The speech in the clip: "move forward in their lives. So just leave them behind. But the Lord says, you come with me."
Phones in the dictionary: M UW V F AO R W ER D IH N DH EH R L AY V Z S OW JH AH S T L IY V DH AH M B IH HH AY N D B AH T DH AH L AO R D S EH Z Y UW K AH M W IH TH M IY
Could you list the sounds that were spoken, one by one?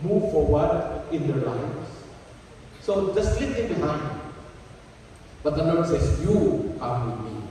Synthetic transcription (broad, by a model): M UW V F AO R W ER D IH N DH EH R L AY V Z S OW JH AH S T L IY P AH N B IH HH AY N D B AH T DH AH N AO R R S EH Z Y UW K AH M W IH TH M IY